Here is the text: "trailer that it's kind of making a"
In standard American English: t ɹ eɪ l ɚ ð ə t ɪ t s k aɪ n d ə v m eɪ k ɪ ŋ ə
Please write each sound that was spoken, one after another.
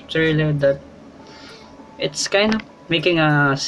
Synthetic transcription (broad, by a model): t ɹ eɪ l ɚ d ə t ɪ t s k aɪ n d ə p m eɪ k ɪ ŋ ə